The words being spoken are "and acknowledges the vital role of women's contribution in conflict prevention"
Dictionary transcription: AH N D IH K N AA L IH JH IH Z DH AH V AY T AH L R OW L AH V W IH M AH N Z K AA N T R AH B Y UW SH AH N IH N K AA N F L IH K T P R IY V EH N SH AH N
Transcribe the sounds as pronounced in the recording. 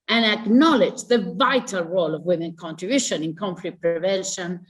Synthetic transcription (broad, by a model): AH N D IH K N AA L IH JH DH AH V AY T AH L R OW L AH V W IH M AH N K AA N T R AH B Y UW SH AH N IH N K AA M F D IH T P R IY V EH N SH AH N